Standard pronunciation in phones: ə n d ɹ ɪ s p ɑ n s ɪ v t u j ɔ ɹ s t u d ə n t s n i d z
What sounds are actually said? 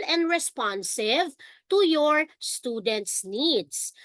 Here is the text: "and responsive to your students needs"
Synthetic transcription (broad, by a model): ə n d ɹ ɪ s p ɑ n s ɪ v t u j ɔ ɹ s t u d ə n t s n i d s